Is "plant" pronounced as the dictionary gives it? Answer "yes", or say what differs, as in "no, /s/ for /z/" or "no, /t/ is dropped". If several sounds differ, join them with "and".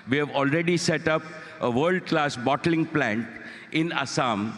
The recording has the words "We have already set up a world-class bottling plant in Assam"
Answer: yes